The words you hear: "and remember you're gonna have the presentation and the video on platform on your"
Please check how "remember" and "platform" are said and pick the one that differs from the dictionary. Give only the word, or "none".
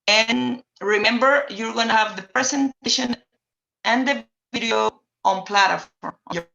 platform